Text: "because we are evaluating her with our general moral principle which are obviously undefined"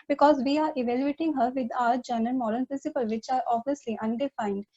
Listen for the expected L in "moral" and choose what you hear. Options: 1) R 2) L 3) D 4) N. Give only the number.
4